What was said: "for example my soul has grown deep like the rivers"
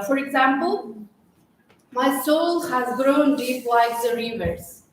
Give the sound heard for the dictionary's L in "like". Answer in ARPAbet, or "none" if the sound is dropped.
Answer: W